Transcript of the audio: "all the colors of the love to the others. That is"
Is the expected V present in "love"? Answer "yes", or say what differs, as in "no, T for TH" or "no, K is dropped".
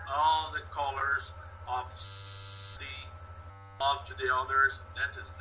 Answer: no, F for V